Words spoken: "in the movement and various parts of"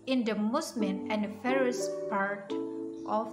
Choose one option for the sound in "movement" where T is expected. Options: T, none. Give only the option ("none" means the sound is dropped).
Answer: none